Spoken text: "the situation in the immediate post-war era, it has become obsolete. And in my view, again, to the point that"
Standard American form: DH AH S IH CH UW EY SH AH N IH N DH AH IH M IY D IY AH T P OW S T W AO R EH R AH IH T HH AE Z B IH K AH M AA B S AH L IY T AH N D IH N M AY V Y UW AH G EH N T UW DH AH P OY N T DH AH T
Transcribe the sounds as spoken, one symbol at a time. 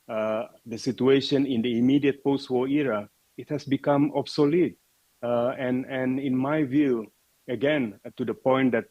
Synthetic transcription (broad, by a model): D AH S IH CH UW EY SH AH N IH N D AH IH M IY D IY AH T P OW S T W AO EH R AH IH T HH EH S B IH K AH M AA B S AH L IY T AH N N IH N M AY V Y UW AH G EH N T UW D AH P OY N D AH T